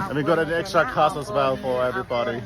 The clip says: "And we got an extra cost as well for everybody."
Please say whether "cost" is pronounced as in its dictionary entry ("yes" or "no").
no